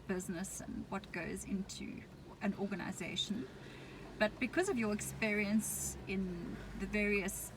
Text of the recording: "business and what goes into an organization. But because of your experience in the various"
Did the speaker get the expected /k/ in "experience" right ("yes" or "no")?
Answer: yes